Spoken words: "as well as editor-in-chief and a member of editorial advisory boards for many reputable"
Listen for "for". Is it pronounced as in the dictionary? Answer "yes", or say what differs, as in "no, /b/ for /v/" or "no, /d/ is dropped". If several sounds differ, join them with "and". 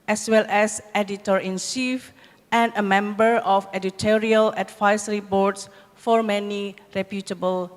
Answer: yes